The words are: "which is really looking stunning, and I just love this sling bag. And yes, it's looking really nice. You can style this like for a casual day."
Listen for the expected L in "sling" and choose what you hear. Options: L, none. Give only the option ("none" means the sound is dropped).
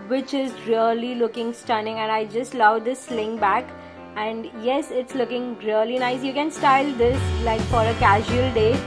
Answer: L